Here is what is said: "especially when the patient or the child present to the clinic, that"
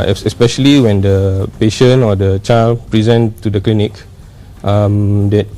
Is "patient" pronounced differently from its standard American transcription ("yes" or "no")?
yes